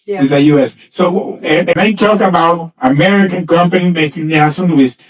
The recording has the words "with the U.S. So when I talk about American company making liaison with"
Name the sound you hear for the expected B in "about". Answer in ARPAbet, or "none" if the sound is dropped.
B